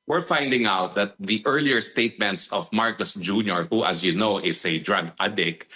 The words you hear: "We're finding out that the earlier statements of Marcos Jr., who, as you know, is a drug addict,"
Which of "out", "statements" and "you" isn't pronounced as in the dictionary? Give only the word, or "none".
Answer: none